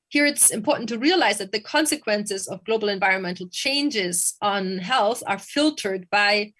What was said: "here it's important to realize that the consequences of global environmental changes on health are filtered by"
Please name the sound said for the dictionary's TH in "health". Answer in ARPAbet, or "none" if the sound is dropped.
TH